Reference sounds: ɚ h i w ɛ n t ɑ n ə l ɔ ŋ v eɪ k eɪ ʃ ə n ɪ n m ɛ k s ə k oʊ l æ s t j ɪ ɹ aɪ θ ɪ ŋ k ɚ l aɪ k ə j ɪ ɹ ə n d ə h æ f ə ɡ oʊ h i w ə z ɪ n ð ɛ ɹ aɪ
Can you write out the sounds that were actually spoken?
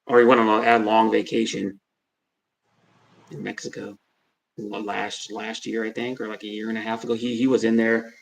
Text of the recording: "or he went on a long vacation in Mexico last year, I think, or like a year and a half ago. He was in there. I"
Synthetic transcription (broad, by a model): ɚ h i w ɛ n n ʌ ə l ɔ ŋ v eɪ k eɪ ʃ ə n ɪ n m ɛ k s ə k oʊ l æ s t j ɪ ɹ aɪ θ ɪ ŋ k ɚ l aɪ k ə j ɪ ɹ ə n ə h æ f ə ɡ oʊ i i w ə z ɪ n ð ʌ ɹ